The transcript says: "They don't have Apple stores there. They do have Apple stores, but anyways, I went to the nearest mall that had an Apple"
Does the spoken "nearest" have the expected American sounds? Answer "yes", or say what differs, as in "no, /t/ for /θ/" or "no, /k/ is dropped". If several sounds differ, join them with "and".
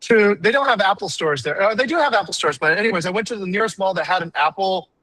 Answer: yes